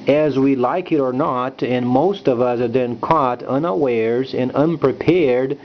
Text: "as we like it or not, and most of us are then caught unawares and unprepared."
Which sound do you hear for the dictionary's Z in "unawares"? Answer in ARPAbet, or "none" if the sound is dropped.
Z